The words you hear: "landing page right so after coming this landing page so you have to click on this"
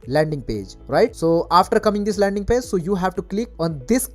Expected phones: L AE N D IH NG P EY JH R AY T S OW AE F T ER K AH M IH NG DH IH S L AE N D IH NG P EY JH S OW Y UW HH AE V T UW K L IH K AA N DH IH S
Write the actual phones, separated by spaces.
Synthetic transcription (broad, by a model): L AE N D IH NG P EY JH R AY T S OW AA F T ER K AH M IH NG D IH S L AE N D IH NG P EY JH S OW Y UW HH AE V T UW K L IH K AA N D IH S